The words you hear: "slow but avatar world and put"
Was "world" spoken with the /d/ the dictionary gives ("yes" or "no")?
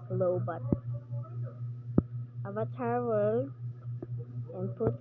no